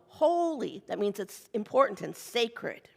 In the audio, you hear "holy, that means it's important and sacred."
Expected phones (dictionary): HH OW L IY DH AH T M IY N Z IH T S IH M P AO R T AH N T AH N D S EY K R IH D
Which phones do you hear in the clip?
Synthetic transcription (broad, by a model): HH OW L IY DH AH T M IY N Z IH T S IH M P AO R T N T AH N S EY K R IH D